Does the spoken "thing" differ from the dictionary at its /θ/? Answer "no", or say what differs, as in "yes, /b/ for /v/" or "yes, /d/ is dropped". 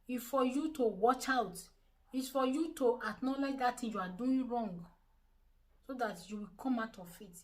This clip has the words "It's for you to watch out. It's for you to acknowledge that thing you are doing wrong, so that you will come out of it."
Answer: yes, /t/ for /θ/